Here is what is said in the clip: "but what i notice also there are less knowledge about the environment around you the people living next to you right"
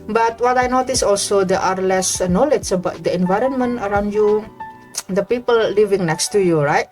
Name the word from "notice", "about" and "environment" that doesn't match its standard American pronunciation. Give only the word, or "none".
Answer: none